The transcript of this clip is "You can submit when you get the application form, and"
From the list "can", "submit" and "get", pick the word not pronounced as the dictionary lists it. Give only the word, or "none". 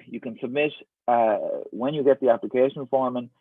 none